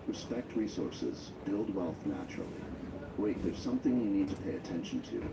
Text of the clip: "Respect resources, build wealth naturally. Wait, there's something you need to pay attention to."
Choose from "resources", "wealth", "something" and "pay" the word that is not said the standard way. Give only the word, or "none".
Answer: none